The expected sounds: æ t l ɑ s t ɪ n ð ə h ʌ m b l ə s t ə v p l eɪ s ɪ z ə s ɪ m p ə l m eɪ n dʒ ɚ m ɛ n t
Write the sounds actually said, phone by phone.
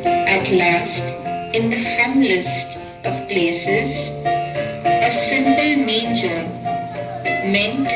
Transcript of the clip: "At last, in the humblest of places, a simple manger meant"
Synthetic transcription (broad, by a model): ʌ t l ɑ s t ɪ n ð ə h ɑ m l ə s t ə v p l eɪ s ɪ z ə s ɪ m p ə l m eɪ n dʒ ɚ m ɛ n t